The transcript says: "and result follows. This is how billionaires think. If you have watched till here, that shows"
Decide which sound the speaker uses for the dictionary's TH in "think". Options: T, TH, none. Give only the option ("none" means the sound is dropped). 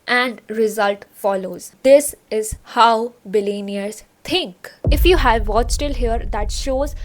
T